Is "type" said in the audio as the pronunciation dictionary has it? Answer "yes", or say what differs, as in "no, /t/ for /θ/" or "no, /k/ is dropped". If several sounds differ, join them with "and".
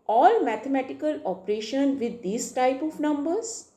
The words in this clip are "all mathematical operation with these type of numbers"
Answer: yes